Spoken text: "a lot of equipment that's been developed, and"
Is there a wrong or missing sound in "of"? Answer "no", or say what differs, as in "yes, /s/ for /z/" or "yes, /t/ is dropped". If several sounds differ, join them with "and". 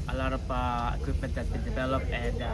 yes, /p/ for /v/